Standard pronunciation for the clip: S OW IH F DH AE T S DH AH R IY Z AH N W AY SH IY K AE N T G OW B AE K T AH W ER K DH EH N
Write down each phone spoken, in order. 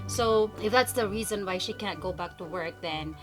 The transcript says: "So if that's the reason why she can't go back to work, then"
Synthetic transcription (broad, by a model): S OW IH F DH AE T S DH AH R IY Z AH N W AY SH IY K AE N T G OW B AE K T AH W ER K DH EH N